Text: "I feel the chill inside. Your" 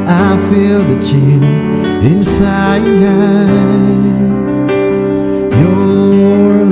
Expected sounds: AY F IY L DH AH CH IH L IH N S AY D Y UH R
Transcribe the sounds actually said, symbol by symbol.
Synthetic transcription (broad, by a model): AY F IY L DH AH CH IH N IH N S AY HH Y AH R